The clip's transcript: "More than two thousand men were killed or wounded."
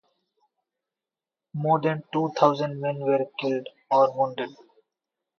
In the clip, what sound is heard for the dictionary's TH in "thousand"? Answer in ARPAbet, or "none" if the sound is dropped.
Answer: T